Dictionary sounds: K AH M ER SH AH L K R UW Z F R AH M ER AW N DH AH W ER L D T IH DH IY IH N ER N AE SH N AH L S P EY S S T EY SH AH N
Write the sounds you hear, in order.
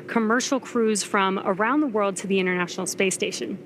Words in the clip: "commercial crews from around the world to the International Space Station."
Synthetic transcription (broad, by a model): K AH M ER SH L K R UW Z F R AH M ER AW N DH AH W ER L D T IH DH IY IH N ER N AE SH N L S P EY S S T EY SH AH N